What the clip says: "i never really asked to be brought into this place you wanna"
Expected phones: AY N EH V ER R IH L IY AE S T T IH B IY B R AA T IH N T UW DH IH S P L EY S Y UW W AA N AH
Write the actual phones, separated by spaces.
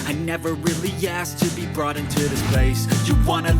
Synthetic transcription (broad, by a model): AY N EH V ER R IH L IY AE S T T IH B IY B R AA T IH N T UW DH IH S P L EY S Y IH W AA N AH